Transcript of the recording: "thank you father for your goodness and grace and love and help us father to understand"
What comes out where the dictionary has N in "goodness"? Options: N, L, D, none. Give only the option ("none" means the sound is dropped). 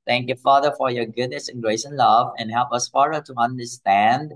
N